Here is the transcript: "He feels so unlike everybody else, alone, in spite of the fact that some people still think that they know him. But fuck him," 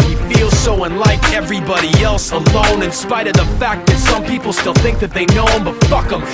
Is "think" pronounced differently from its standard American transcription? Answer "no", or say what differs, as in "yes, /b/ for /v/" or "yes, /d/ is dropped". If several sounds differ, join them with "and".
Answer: no